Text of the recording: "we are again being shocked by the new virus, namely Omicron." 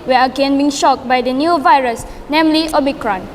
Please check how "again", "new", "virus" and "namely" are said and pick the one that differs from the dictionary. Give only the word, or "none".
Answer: none